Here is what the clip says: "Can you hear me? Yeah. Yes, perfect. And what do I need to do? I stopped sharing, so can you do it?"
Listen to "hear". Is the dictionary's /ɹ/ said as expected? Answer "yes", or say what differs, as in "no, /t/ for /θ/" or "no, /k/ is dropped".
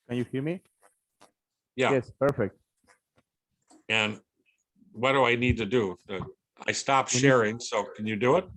no, /l/ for /ɹ/